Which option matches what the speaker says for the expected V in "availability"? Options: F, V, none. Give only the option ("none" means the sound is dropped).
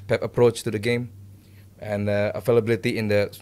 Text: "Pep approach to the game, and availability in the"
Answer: F